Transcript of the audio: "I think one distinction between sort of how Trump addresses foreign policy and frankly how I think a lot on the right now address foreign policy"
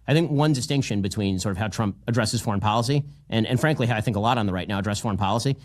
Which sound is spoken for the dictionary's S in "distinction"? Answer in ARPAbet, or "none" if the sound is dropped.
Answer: S